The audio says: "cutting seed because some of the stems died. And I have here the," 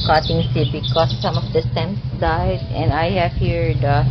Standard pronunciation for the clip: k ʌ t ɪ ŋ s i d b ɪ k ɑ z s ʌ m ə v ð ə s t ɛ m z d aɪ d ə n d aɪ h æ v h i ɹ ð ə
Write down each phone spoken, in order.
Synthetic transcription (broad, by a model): k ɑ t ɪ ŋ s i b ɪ k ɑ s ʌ m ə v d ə s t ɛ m s d aɪ d ə n d aɪ h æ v h i ɹ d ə